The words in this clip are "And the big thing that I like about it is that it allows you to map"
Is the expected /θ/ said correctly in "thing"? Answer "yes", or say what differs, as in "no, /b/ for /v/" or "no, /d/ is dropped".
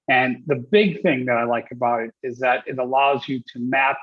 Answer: yes